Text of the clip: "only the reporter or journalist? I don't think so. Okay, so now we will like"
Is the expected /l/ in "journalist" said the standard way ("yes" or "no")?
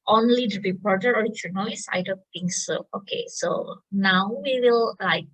no